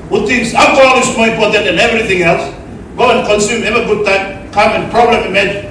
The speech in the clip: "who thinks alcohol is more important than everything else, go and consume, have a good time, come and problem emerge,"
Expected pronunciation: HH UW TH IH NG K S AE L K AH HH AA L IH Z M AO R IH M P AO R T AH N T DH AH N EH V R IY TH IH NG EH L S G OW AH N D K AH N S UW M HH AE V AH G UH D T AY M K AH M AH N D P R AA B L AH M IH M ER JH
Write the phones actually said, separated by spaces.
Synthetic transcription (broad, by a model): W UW T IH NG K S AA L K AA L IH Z M AO R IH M P AO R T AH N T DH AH N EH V R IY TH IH NG EH L S G OW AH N K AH N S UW M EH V AH G UH D T AY M K AH M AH N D P R AA B L AH M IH M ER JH